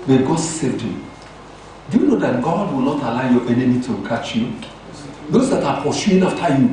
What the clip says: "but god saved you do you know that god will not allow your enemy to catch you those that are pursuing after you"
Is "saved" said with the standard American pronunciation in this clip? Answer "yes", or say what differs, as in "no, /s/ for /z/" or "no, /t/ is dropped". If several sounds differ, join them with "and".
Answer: no, /v/ is dropped